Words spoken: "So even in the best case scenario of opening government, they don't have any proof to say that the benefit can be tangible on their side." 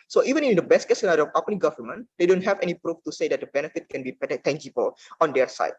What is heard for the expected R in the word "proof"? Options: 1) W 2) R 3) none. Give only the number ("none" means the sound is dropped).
2